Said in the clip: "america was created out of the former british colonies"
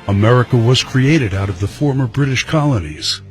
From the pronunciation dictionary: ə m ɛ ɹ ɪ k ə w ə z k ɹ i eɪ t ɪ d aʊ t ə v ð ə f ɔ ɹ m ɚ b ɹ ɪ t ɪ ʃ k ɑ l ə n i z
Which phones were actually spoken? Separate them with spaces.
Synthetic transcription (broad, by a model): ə m ɛ ɹ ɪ k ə w ə z k ɹ i eɪ t ɪ d aʊ t ə v ð ə f ɔ ɹ m ɚ b ɹ ɪ t ɪ ʃ k ɑ l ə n i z